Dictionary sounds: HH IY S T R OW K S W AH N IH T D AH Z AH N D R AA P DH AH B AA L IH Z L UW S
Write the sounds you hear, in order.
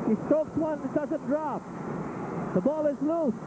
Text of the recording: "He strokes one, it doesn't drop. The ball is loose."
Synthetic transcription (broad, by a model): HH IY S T OW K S W AH N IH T D AH Z AH N D R AA P DH AH B AA L IH Z L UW S